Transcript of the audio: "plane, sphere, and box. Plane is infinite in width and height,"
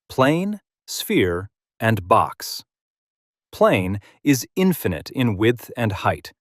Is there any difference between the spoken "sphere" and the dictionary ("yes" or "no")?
no